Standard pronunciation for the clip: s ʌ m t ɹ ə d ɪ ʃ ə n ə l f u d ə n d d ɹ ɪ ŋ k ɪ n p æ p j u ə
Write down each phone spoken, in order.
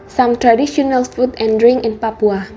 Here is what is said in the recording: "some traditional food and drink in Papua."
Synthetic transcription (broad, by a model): s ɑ m t ɹ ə d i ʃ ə n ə l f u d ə n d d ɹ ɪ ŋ ɪ n p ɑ p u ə